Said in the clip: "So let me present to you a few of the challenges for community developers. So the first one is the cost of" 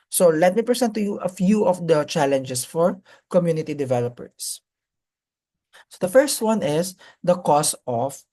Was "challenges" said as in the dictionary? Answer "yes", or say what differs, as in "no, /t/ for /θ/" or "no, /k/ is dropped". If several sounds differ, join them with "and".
no, /s/ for /z/